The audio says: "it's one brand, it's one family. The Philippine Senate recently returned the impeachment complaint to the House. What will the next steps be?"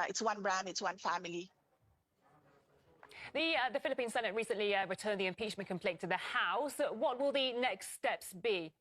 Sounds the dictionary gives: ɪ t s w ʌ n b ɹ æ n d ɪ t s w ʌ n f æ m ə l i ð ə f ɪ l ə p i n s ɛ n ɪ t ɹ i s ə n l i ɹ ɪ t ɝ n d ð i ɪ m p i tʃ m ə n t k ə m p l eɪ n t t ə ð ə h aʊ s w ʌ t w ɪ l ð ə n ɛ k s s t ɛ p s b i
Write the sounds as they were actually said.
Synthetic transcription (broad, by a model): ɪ t s w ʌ n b ɹ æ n ɪ t s w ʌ n f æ m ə l i ð ə f ɪ l ə p i n s ɛ n ɪ t ɹ i s ə n l i ɹ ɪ t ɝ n ð i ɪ m p i tʃ m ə n k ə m p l eɪ n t t ə ð ə h aʊ s w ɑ t w ɪ l ð ə n ɛ k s s t ɛ p s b i